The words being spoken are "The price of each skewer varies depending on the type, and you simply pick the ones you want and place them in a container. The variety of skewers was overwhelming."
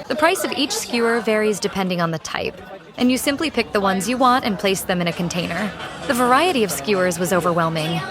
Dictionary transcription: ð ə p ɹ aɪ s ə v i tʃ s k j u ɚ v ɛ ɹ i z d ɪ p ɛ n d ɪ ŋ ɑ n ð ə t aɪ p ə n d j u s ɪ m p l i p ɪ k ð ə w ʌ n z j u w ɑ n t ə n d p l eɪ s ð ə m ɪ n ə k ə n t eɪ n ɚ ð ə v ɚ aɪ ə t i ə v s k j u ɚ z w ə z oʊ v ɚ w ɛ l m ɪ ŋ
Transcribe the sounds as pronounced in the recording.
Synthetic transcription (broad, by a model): ð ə p ɹ aɪ s ə v i tʃ s k j u ɚ v ɛ ɹ i z d ɪ p ɛ n d ɪ ŋ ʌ n ð ə t aɪ p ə n j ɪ s ɪ m p l i p ɪ k ð ə w ʌ n z j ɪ w ɑ n t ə n p l eɪ s ð ə m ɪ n ə k ə n t eɪ n ɚ ð ə v ɚ aɪ ə t i ə v s k j u ɚ z w ə z oʊ v ɚ w ɛ l m ɪ ŋ